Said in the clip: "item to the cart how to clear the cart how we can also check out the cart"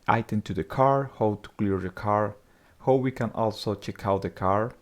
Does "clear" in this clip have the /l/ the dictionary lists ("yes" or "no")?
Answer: yes